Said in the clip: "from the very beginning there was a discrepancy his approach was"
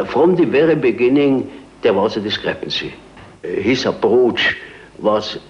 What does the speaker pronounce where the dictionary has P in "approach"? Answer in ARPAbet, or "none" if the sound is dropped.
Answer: B